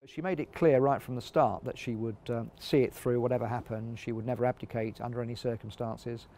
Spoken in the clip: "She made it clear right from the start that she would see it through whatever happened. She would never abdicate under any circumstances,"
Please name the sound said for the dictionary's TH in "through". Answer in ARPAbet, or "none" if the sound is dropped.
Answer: TH